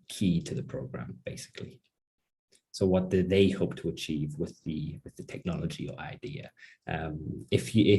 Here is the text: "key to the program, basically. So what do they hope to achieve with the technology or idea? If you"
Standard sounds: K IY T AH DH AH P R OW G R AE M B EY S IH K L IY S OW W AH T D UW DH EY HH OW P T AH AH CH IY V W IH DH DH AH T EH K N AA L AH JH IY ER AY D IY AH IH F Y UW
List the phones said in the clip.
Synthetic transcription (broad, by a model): K IY T AH DH AH P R OW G R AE M B EY S IH K L IY S OW W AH T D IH DH EY HH OW P T AH AH CH IY V W IH DH DH AH T EH K N AA L AH JH IY ER AY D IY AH IH F Y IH